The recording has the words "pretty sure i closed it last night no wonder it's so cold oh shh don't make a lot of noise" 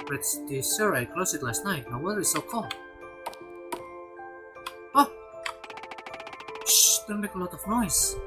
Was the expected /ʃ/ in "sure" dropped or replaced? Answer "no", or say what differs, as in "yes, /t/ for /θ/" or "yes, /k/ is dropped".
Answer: yes, /s/ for /ʃ/